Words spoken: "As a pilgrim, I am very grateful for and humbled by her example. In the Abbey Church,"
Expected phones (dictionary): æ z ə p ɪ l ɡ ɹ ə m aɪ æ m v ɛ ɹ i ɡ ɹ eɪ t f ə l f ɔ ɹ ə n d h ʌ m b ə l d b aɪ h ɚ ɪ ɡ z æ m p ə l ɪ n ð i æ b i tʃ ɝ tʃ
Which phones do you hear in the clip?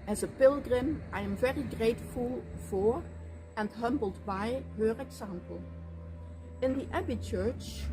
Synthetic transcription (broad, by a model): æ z ə p ɪ l ɡ ɹ ə m aɪ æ m v ɛ ɹ i ɡ ɹ eɪ t f ə l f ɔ ɹ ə n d h ʌ m b ə l d b aɪ h ɚ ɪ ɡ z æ m p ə l ɪ n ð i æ b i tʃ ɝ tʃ